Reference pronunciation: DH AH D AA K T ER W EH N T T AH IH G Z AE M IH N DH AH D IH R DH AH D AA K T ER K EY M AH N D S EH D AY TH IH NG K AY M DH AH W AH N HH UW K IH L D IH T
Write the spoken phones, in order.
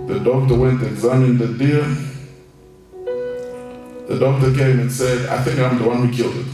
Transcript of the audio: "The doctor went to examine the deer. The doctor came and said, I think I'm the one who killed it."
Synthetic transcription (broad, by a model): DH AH D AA K T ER W EH N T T IH G Z AE M IH N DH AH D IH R DH AH D AA K T ER K EY M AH N S EH D AY TH IH NG K AY M DH AH W AH N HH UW K IH L D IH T